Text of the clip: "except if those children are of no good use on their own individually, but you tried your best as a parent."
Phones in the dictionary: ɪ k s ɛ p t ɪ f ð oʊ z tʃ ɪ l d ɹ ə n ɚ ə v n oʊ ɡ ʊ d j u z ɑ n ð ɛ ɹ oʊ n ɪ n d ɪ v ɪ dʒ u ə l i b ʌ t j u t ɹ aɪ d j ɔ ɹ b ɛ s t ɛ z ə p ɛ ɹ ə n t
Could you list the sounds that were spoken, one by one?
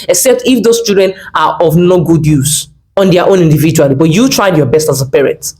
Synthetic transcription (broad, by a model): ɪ k s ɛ p t ɪ f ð oʊ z tʃ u d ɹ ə n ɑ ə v n oʊ ɡ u d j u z ɑ n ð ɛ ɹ oʊ n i n d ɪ v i dʒ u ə l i b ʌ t j u t ɹ aɪ d j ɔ b ɛ s t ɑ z ə p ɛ ɹ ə n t